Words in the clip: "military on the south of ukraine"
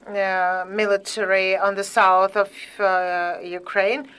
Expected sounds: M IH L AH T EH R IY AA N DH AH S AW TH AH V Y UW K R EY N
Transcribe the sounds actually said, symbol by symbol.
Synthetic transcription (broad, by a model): M IH L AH T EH R IY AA N DH AH S AW TH AH V Y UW K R EY N